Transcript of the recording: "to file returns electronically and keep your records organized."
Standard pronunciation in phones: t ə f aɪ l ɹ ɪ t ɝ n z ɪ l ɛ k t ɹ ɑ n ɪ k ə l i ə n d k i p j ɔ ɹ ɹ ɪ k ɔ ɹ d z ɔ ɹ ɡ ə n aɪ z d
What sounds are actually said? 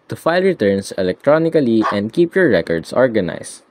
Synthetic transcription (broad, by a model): t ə f aɪ l ɹ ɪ t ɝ n s ɪ l ɛ k t ɹ ɑ n ɪ k ə l i ə n d k i p j ɔ ɹ ɹ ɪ k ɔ ɹ d s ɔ ɹ ɡ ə n aɪ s